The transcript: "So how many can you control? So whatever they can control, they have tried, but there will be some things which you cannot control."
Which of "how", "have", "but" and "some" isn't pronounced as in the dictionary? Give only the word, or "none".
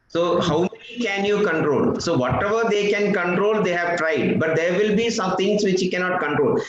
none